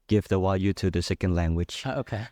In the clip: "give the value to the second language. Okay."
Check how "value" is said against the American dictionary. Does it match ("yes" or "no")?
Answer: no